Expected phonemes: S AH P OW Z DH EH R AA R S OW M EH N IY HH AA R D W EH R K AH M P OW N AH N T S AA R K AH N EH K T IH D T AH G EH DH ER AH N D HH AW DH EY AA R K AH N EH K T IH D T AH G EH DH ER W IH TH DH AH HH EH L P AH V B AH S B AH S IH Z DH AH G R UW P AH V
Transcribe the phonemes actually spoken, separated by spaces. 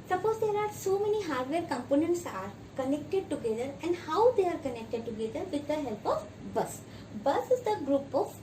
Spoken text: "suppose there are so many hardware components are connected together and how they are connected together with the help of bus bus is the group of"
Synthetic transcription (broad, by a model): S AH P OW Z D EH R AA R S OW M EH N IY HH AA R D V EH R K AH M P OW N AH N T S AA R K AH N EH K T IH D T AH G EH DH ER AH N D HH AW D EY AA R K AH N EH K T IH D T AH G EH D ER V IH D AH HH EH L P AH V B AH S B AH S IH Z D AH G R UW P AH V